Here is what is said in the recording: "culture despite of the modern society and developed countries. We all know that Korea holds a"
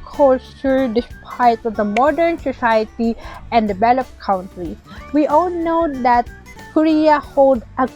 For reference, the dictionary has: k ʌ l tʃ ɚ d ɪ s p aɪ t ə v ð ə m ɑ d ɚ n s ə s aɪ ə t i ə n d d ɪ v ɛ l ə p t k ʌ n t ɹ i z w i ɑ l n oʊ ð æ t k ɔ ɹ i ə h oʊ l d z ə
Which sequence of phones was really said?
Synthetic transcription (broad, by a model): k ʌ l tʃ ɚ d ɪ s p aɪ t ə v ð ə m ɑ d ɚ n s ə s aɪ ə t i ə n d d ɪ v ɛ l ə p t k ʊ n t ɹ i w i ɑ l n oʊ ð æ t k ɔ ɹ i ə h oʊ l d ə